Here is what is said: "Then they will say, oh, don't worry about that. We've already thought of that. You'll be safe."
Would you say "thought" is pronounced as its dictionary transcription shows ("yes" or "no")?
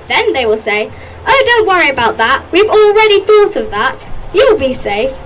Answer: yes